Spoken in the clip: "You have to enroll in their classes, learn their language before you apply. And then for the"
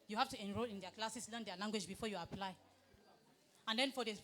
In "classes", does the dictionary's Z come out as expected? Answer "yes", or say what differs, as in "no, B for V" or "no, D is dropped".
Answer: no, S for Z